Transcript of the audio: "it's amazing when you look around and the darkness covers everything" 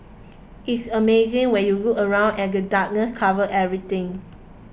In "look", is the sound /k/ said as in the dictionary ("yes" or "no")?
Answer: no